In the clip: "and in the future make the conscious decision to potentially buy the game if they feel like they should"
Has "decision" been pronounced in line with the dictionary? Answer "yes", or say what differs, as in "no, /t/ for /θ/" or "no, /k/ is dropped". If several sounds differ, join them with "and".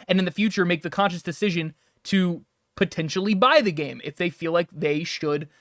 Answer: yes